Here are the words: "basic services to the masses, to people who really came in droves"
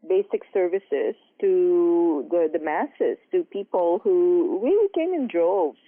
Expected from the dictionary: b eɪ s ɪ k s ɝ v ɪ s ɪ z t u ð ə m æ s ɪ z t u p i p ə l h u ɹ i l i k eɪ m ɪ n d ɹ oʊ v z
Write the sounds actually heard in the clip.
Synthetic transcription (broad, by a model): b eɪ s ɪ k s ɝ v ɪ s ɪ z t u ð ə m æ s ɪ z t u p i p ə l h u w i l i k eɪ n ɪ n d ɹ oʊ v